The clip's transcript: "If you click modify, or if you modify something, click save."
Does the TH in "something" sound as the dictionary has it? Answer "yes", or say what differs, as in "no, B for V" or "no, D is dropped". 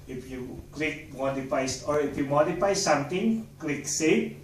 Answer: no, T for TH